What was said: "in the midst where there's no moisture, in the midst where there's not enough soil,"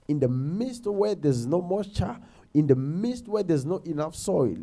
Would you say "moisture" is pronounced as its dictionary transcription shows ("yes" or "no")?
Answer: no